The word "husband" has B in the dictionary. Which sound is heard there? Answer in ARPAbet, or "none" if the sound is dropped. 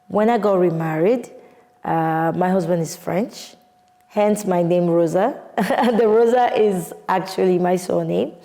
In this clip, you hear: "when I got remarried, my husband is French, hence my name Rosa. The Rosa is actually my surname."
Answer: B